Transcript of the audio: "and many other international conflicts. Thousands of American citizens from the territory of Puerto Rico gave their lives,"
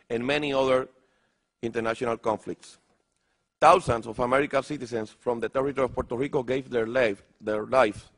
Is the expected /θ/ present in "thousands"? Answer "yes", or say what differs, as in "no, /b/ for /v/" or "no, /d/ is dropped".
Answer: no, /t/ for /θ/